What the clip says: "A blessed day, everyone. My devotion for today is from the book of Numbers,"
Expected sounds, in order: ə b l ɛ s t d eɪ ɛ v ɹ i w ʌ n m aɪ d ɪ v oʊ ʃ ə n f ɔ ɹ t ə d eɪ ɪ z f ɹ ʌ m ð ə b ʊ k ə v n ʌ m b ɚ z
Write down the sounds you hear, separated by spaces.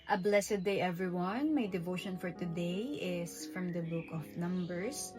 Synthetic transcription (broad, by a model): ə b l ɛ s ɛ d eɪ ɛ v ɹ i w ʌ n m aɪ d ɪ v oʊ ʃ ə n f ɔ ɹ t ə d eɪ ɪ s f ɹ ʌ m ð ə b ʊ k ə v n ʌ m b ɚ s